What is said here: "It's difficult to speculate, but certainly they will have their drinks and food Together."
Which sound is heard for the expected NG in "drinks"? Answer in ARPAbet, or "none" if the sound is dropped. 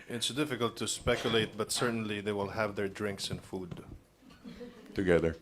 NG